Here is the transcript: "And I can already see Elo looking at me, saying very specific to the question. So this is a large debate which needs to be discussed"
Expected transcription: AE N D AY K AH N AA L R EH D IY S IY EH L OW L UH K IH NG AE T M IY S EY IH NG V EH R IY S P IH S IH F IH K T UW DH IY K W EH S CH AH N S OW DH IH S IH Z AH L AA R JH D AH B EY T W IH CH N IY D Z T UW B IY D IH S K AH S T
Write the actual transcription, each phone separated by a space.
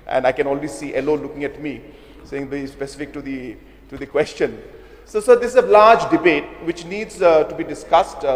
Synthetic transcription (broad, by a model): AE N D AY K AH N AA L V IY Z S IY EH L OW L UH K IH NG AE T M IY S EY IH NG B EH IY S P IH S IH F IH K T UW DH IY K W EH S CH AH N S OW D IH S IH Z AH L AA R JH D AH B EY T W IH CH N IY D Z T UW B IY D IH S K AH S T